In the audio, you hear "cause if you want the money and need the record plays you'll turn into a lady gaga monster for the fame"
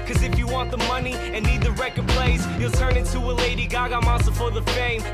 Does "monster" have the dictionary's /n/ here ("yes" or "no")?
no